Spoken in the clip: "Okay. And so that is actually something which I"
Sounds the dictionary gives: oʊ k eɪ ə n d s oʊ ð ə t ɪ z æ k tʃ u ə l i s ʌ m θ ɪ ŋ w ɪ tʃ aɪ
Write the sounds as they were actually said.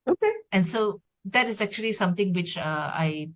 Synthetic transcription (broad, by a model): oʊ k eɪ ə n s oʊ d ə t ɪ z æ k tʃ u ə l i s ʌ m t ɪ ŋ w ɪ tʃ aɪ